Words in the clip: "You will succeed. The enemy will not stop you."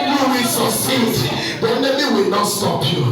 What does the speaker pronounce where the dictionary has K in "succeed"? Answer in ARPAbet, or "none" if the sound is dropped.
none